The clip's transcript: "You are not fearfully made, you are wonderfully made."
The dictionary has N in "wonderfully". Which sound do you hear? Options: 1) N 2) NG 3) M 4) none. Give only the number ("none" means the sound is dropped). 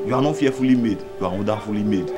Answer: 4